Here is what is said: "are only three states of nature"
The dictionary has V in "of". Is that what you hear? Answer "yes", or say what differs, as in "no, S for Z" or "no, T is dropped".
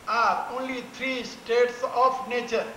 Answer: no, P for V